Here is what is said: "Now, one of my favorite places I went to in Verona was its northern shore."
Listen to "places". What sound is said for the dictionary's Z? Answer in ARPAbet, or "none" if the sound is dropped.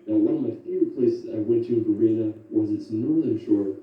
S